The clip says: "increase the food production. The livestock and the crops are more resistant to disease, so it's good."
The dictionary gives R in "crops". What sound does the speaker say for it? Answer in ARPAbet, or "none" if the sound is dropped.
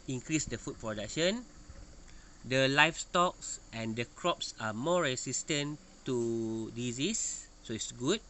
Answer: R